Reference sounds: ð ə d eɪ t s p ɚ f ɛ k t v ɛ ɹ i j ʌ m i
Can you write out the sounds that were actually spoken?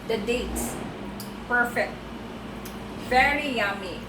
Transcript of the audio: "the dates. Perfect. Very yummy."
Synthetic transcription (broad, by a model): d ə d eɪ t s p ɚ f ɛ k t f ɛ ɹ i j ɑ m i